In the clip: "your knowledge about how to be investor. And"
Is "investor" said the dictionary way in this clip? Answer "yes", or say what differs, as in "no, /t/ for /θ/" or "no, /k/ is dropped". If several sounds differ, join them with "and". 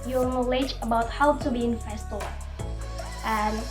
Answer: no, /f/ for /v/